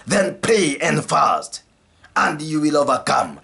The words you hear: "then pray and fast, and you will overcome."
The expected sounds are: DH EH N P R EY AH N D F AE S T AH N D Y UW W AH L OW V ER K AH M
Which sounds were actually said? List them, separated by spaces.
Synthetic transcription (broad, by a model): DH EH N P EY AH N D F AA S T AH N D Y UW W AH L OW V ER K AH M